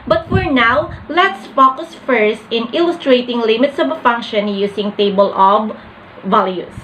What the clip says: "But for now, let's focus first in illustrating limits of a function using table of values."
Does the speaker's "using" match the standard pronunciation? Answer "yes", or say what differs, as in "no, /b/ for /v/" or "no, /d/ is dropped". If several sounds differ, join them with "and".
no, /s/ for /z/